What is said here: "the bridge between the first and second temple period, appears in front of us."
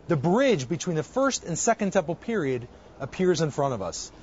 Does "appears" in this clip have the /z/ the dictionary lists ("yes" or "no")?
yes